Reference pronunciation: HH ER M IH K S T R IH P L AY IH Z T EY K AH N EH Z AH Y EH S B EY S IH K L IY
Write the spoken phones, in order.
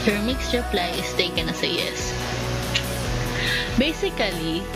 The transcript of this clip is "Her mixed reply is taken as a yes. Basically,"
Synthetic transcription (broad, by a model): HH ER M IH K S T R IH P L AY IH S T EY K AH N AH S AH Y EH S B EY S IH K L IY